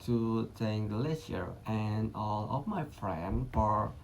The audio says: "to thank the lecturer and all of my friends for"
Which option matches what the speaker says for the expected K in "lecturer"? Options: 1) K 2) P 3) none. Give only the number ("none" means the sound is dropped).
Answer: 3